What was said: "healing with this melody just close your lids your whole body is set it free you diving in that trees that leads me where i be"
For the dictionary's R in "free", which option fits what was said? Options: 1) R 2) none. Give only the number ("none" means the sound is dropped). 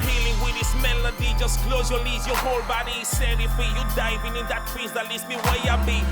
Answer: 2